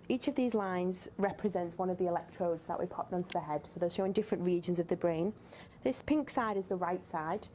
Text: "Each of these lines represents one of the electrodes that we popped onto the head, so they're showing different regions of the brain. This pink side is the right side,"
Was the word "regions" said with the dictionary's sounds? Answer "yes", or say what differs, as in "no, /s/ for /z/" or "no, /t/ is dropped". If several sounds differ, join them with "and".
yes